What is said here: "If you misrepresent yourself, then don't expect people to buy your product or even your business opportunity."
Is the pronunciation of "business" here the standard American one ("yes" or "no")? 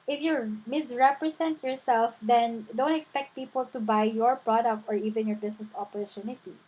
no